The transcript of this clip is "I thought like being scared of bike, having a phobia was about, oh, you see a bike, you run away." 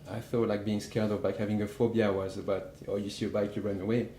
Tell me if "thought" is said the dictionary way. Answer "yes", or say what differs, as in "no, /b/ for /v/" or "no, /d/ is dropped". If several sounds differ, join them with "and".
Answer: no, /f/ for /θ/